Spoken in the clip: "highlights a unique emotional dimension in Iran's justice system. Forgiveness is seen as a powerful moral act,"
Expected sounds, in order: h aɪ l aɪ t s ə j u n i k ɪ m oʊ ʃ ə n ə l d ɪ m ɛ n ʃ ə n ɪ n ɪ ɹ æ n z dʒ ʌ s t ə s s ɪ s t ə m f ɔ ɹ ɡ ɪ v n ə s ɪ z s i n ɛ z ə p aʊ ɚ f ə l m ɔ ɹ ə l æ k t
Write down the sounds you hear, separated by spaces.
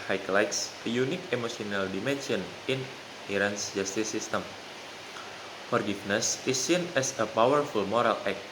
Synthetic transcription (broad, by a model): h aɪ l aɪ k s ə j u n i k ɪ m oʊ s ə n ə l d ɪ m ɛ n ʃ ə n ɪ n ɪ ɹ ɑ n s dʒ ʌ s t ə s s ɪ s t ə m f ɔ ɹ ɡ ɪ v n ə s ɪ s i n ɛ s ə p aʊ ɚ f ə l m ɔ ɹ ə l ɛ k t